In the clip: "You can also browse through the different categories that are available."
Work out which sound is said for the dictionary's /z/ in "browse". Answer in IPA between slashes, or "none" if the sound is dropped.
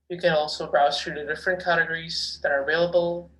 none